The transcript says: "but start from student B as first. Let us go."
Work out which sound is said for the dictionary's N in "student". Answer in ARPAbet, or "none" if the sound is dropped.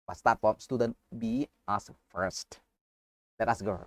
N